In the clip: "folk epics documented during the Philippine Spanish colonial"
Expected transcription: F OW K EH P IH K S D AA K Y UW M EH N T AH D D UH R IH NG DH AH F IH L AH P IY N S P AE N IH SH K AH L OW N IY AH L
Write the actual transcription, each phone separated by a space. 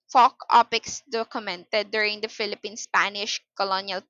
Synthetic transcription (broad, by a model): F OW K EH P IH K S D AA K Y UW M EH N T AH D D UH R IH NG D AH F IH L AH P IY N S P AE N IH SH K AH L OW N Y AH L